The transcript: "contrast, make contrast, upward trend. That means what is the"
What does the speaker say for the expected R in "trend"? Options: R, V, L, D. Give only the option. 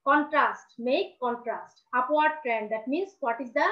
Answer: R